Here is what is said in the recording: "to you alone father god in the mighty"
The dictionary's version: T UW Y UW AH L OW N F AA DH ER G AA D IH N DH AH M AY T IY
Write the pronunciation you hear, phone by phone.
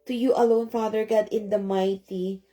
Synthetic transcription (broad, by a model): T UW Y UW AH L OW N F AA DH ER G AA D IH N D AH M AY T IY